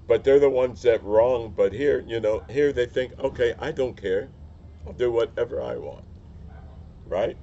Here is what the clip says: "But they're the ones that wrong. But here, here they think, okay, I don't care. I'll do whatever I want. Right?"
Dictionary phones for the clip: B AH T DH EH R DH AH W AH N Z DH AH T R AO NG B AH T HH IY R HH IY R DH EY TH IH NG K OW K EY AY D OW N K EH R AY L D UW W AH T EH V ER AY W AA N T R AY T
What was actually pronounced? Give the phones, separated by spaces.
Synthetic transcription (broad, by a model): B AH T DH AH R DH AH W AH N Z DH AH T R AO NG B AH T HH IY R HH IY R DH EY TH IH NG K OW K EY AY D OW N K EH R AY L D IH W AH T EH V ER AY W AA N T R AY T